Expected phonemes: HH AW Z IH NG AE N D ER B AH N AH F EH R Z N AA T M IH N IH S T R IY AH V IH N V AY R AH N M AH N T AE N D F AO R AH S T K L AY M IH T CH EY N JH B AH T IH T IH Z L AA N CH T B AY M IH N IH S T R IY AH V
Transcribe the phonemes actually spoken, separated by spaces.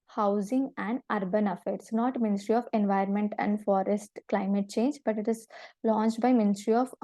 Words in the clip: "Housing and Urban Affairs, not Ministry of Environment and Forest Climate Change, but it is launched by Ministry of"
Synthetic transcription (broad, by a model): HH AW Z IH NG AE N D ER B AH N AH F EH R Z N AA T M IH N IH S T R IY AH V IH N V AY AH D M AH N T AE N D F AO R AH S T K L AY M IH T CH EY N JH B AH T IH T IH Z L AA N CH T B AY M IH N IH S T R IY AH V